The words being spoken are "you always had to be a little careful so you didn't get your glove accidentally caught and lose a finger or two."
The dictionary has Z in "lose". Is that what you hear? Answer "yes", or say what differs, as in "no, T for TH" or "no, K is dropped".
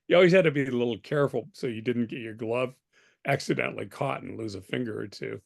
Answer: yes